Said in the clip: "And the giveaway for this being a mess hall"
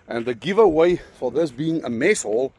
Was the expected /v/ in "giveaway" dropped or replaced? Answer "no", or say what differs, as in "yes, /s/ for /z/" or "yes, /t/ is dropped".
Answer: no